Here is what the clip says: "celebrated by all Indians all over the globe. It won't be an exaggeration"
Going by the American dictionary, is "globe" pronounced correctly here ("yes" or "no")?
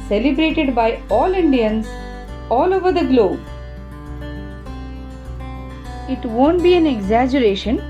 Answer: yes